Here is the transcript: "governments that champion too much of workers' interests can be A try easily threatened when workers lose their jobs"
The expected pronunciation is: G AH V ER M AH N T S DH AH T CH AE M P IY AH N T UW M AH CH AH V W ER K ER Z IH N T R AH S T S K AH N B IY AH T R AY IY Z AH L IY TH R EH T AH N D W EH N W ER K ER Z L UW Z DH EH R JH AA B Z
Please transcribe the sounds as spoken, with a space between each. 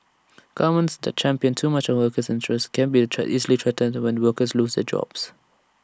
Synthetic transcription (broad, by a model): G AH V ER M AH N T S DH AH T CH AE M P IY AH N T UW M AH CH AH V W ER K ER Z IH N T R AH S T K AH N B IY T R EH IY Z AH L IY T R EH T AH N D W EH N W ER K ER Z L UW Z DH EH JH AA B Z